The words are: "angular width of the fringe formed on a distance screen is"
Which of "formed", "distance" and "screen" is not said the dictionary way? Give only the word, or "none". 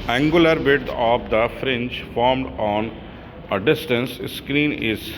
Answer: none